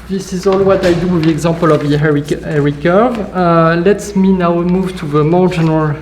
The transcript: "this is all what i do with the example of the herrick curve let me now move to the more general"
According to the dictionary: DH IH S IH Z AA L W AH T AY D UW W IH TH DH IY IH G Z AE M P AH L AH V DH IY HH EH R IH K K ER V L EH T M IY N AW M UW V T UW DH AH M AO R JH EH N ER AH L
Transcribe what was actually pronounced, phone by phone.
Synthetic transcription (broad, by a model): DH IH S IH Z AA L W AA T AY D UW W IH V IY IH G Z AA P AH L AH V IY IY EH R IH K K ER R L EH T M IY N AW M UW V T UW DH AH M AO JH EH N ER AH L